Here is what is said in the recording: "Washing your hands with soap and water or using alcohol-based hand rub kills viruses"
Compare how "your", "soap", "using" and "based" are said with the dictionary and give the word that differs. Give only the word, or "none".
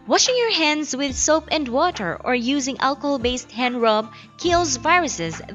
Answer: none